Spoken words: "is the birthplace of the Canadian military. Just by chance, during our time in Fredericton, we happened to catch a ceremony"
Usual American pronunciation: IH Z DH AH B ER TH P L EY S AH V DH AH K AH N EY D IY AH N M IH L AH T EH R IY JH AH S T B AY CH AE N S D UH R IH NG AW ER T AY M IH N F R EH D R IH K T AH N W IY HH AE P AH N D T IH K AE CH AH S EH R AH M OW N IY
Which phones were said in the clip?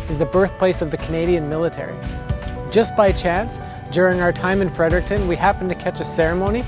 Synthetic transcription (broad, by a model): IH Z DH AH B ER TH P L EY S AH V DH AH K AH N EY D IY AH N M IH L AH T EH R IY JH AH S B AY CH AE N S D UH R IH NG AW ER T AY M IH N F R EH D R IH K T AH N W IY HH AE P N T IH K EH CH AH S EH R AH M OW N IY